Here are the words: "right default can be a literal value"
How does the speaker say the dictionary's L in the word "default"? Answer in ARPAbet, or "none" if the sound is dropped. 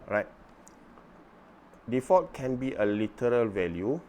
none